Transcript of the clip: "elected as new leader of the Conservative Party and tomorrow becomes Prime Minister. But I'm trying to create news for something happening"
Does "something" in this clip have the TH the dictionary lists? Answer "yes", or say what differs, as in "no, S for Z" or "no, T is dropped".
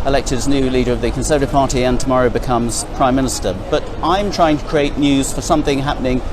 yes